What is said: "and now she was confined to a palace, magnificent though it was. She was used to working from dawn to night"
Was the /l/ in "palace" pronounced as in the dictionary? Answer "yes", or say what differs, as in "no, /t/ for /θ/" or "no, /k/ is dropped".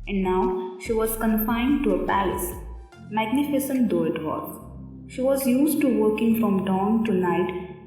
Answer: yes